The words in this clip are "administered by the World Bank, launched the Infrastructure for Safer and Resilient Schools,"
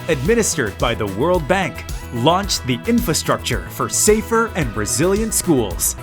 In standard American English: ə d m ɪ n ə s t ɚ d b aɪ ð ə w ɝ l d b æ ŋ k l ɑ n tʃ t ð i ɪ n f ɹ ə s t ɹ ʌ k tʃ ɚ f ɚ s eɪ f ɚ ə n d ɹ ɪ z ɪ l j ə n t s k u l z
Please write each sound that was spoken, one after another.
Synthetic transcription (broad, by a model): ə d m ɪ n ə s t ɚ d b aɪ ð ə w ɝ l d b æ ŋ k l ɑ n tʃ ð i ɪ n f ɹ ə s t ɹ ʌ k tʃ ɚ f ɚ s eɪ f ɚ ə n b ɹ ɪ z ɪ l j ə n t s k u l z